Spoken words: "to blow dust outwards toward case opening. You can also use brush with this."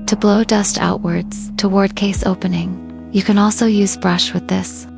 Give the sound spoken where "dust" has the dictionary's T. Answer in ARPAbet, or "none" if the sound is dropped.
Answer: T